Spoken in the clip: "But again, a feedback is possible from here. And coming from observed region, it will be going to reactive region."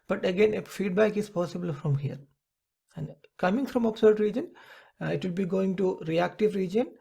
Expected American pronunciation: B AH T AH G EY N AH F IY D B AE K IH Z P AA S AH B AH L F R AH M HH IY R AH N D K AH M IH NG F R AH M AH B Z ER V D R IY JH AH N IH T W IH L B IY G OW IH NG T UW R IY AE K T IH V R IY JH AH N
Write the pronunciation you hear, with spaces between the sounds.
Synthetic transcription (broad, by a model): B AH T AH G EY N AH F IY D B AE K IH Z P AA S AH B AH L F R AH M HH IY R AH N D K AH M IH NG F R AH M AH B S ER D R IY JH AH N IH T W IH L B IY G OW IH NG T UW R IY AE K T IH V R IY JH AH N